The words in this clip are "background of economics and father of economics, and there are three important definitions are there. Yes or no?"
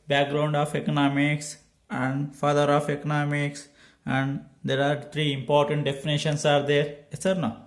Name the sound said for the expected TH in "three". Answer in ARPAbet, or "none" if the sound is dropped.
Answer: T